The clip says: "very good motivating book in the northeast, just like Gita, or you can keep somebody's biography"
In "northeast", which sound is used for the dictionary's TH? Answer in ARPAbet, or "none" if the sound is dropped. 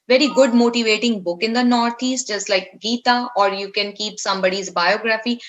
T